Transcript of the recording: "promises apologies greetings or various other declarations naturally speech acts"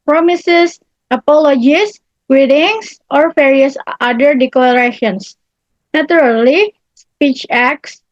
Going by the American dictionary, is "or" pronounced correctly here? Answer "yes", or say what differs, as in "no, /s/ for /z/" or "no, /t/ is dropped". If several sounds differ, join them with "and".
yes